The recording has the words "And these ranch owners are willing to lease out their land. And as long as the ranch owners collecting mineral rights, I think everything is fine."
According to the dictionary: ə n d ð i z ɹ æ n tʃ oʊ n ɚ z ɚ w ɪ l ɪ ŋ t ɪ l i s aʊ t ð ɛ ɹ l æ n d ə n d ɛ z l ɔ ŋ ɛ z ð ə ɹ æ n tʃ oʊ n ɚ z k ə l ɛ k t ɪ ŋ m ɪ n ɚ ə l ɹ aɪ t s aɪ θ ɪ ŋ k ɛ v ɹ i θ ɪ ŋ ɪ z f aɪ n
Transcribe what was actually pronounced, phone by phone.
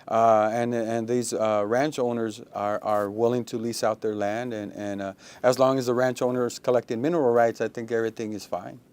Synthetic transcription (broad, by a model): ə n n ð i z ɹ æ n tʃ oʊ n ɚ z ɚ w ɪ l ɪ ŋ t ɪ l i s aʊ t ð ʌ ɹ l æ n d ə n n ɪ z l ɔ ŋ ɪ z ð ə ɹ æ n tʃ oʊ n ɚ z k ə l ɛ k t ɪ ŋ m ɪ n ɚ l ɹ aɪ t s aɪ θ ɪ ŋ k ɛ v ɹ i θ ɪ ŋ ɪ z f aɪ n